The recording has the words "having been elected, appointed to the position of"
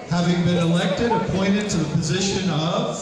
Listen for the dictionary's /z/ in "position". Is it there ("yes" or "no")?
yes